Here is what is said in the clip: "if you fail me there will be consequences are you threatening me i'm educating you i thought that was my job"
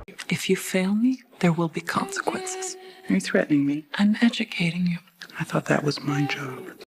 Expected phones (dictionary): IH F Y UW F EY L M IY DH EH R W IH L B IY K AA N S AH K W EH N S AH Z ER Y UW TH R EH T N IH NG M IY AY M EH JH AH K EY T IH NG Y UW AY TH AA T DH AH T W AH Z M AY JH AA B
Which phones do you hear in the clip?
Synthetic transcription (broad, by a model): IH F Y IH F EY L M IY DH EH R W IH L B IY K AA N S AH K W EH N S AH Z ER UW TH R EH T N IH NG M IY AY M EH JH AH K EY T IH NG Y UW AY TH AA T DH AH T W AH Z M AY JH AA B